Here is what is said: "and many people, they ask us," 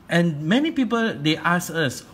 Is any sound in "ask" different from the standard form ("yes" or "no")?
yes